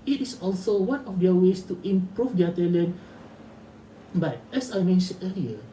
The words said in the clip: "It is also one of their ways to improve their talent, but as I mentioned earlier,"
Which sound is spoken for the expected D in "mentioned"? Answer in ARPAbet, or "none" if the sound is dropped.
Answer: none